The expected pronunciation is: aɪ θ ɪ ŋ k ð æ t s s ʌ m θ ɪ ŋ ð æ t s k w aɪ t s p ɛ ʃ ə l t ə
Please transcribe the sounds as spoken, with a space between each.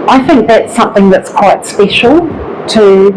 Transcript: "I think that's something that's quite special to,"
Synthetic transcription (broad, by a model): aɪ θ ɪ ŋ k ð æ t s s ʌ m θ ɪ ŋ ð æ t s k w aɪ t s p ɛ ʃ ə l t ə